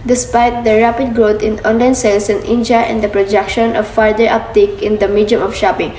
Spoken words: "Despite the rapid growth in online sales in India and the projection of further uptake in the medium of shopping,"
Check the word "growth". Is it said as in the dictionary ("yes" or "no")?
no